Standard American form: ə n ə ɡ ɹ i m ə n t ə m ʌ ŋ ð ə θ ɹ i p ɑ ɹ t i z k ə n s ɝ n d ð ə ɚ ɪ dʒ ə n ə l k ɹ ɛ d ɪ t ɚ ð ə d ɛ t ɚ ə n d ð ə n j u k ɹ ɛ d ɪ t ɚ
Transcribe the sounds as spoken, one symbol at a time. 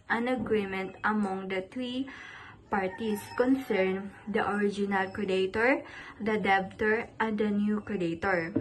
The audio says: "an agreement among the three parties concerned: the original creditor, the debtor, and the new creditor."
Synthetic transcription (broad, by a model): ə n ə ɡ ɹ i m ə n t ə m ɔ ŋ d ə t ɹ i p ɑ ɹ t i s k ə n s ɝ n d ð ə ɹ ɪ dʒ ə n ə l k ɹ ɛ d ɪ t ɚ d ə d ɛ t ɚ ə n d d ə n j u k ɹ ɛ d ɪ t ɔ